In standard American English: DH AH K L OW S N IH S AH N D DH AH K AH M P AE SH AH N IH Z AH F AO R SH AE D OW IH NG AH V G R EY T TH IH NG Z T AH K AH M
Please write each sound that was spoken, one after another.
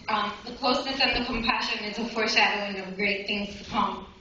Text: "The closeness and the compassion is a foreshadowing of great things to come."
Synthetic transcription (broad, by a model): DH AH K L OW S N IH S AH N DH AH K AH M P AE SH AH N IH Z AH F AO R SH AE D OW IH NG AH V G R EY T TH IH NG Z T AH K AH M